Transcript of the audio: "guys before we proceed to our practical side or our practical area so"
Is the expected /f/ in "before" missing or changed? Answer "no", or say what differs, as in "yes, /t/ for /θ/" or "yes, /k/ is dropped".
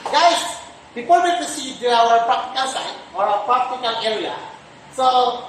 yes, /p/ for /f/